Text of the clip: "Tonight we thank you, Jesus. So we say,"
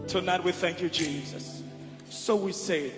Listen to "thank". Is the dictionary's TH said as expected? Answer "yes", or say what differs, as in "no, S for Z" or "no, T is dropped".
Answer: yes